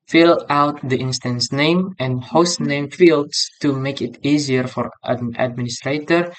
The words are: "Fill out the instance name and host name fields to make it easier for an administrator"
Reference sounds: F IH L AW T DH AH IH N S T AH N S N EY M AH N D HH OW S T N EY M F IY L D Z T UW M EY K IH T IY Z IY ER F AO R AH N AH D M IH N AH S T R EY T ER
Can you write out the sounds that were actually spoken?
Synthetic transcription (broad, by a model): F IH L AW T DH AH IH N S T AH N S N EY M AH N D HH OW S T N EY M F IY L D S T UW M EY K IH T IY Z IY ER F AO R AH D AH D M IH N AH S T R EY T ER